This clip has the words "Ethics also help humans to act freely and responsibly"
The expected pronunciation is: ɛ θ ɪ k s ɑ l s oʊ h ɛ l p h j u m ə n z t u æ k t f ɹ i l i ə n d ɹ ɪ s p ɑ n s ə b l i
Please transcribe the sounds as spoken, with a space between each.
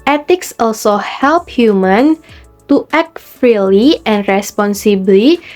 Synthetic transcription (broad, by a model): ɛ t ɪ k s ɑ l s oʊ h ɛ l p h j u m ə n t u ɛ k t f ɹ i l i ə n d ɹ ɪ s p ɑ n s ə b l i